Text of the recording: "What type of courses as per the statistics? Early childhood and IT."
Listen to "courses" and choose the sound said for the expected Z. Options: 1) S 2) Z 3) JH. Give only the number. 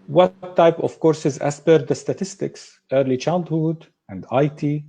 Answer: 2